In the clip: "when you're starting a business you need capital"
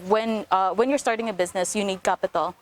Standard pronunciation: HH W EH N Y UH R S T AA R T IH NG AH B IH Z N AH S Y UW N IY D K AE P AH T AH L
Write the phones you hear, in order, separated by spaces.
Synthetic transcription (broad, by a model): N W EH N Y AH R S T AA R T IH NG AH B IH Z N AH S Y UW N IY D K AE P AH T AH L